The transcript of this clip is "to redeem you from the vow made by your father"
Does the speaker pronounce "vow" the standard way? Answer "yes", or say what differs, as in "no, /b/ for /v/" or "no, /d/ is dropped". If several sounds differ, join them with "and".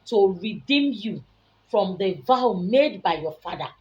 yes